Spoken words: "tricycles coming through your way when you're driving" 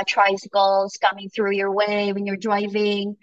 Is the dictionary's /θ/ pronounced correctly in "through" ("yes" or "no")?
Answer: yes